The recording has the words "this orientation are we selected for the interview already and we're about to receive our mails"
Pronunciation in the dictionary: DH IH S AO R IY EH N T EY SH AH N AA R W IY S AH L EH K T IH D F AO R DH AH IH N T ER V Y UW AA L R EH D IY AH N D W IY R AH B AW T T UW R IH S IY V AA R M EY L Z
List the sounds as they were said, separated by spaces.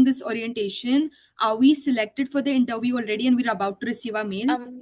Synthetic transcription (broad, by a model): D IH S AO R IY EH N T EY SH AH N AA R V IY S AH L EH K T IH D F AO R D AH IH N T ER V Y UW AA L R EH D IY AH N D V IY R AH B AW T T UW R IH S IY V AA R M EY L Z